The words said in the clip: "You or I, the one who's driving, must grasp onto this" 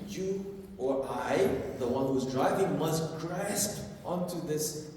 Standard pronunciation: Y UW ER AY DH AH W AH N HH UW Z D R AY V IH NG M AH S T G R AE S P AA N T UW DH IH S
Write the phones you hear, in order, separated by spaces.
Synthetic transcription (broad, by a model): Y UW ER AY DH AH W AH N HH UW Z D R AY V IH NG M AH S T G R AE S P AA N T UW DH IH S